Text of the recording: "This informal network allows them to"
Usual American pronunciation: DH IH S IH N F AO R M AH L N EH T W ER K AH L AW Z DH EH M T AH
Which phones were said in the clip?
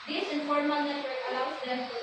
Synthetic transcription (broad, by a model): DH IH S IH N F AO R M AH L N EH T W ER AH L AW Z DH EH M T